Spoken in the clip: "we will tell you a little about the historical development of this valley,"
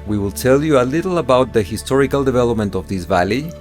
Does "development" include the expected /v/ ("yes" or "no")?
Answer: yes